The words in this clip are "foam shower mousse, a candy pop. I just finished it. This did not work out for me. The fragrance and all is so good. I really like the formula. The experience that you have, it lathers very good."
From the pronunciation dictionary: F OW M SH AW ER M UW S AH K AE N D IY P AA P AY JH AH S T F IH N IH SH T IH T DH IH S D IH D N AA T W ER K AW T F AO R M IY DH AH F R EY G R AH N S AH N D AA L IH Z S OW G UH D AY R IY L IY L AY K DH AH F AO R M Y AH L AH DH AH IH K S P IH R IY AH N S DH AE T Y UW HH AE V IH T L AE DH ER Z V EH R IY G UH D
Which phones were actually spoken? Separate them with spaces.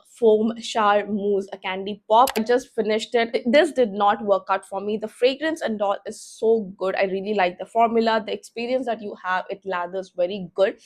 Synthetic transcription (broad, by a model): F OW M SH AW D M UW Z AH K AE N D IY P AA P AY JH AH S T F IH N IH SH T IH T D IH S D IH D N AA T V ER K AW T F AO R M IY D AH F R EY G R AH N S AH N D AA L IH Z S OW G UH D AY R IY L IY L AY K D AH F AO R M Y AH L AH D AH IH K S P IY R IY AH N S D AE T Y UW HH AE V IH T L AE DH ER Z V EH R IY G UH D